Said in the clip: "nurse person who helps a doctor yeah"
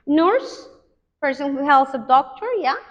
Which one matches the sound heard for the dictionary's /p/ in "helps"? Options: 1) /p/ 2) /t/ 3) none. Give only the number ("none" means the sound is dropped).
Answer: 3